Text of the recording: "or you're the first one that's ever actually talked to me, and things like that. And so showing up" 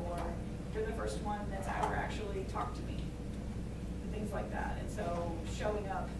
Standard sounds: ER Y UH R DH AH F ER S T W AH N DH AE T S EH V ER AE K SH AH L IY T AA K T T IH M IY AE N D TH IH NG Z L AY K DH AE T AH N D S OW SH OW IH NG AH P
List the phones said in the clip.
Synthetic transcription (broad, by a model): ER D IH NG DH AH F ER S T W AH N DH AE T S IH W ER AE K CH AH L IY T AA K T T IH M IY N TH IH NG Z L AY K DH AE T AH N S OW SH OW IH NG AH P